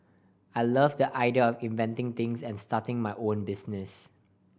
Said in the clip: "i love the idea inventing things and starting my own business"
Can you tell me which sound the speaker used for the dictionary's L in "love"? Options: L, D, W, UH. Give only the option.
L